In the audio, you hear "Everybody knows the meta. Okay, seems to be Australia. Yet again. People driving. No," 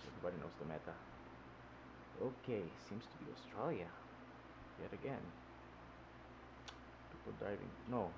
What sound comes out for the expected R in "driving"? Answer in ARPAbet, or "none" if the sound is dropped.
none